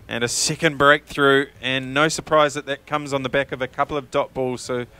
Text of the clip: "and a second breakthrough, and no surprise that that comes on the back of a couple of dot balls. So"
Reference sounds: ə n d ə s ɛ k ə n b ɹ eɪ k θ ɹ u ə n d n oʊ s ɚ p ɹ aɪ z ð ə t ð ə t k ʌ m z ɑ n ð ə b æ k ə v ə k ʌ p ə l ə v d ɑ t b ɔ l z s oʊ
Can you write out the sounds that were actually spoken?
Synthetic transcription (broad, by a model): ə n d ə s ɛ k ə n b ɹ eɪ k θ ɹ u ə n n oʊ s ɚ p ɹ aɪ z ð ə t ð ə t k ʌ m z n ð ə b æ k ə v ə k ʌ p l ə v d ɑ t b ɔ l z s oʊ